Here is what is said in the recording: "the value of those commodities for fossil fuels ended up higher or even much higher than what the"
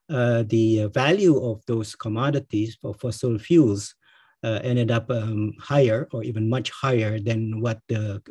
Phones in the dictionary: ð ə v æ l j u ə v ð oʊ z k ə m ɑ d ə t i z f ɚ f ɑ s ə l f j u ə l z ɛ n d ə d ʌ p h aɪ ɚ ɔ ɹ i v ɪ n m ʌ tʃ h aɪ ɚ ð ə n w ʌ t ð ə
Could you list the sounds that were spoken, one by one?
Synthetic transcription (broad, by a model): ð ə v æ l j u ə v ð oʊ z k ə m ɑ d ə t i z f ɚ f ɑ s ə l f j u l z ɛ n d ə d ʌ p h aɪ ɚ ɔ ɹ i v ɪ n m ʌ tʃ h aɪ ɚ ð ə n w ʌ t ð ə